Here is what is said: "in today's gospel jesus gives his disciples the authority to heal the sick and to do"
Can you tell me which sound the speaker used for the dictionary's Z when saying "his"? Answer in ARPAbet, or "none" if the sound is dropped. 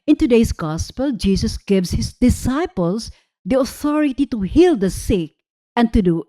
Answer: S